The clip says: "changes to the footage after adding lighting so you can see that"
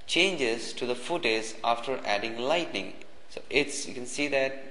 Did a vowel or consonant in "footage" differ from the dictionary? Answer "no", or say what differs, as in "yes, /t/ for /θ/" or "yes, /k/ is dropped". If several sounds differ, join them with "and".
yes, /z/ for /dʒ/